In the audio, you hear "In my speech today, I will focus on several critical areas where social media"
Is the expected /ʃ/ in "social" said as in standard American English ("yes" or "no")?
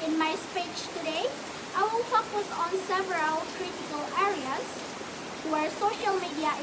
yes